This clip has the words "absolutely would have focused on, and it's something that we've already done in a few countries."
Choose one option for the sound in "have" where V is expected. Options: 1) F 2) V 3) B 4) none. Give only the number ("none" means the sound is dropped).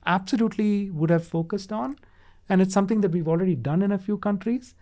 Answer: 2